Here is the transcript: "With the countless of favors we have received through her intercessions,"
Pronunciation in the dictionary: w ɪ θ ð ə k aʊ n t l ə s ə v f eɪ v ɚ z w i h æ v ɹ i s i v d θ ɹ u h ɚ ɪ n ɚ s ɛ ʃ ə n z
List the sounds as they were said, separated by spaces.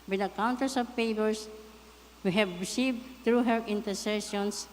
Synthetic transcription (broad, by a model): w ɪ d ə k aʊ n t ə s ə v p eɪ p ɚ s w i h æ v ɹ i s i v d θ ɹ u h ɚ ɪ n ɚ s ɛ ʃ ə n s